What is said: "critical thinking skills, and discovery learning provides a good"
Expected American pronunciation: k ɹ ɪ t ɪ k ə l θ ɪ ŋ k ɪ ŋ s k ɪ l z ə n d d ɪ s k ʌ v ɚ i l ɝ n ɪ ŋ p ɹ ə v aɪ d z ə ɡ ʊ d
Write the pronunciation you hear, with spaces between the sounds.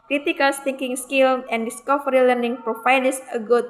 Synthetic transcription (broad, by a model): k ɹ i t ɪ k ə l t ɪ ŋ k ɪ ŋ s k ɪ l ə n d d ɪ s k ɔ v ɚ i l ɝ n ɪ ŋ p ɹ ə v aɪ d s ə ɡ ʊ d